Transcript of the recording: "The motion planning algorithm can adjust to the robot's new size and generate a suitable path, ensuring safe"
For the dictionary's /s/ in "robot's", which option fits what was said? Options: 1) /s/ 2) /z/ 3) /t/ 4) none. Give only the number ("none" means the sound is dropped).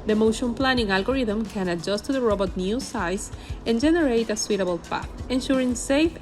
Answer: 4